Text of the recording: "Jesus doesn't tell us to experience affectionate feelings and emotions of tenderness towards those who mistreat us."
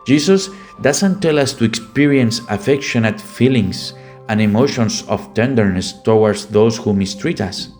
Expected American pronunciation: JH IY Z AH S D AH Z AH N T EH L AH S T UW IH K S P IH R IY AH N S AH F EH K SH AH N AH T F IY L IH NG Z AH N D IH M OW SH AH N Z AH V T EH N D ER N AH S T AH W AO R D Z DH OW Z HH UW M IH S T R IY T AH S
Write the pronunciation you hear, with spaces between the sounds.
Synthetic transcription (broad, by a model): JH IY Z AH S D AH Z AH N T EH L AH S T UW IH K S P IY R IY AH N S AH F EH K SH AH N AH T F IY L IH NG S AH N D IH M OW SH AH N S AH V T EH N D ER N AH S T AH W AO R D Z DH OW S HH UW M IH S T R IY T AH S